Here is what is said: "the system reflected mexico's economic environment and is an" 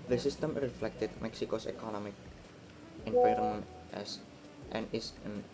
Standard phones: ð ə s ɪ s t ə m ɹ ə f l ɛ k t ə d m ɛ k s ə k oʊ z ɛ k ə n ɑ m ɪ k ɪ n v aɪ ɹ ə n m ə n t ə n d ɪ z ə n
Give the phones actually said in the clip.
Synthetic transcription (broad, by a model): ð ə s ɪ s t ə m ɹ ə f l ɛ k t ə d m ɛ k s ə k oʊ s ɛ k ə n ɑ m ɪ k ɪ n p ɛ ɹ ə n ə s t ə n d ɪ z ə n